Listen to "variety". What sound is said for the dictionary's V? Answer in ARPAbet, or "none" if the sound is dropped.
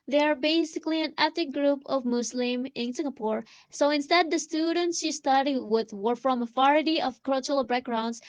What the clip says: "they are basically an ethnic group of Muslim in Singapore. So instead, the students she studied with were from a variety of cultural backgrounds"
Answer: F